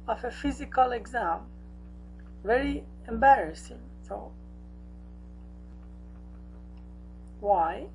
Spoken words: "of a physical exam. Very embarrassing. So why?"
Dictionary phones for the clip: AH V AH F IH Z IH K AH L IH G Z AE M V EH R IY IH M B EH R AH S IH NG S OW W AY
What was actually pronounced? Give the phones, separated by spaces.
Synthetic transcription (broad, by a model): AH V AH F IH Z IH K AH L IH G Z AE M V EH R IY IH M B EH R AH S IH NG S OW W AY